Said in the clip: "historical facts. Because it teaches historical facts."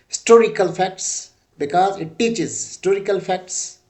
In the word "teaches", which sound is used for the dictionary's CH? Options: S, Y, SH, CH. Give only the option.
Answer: CH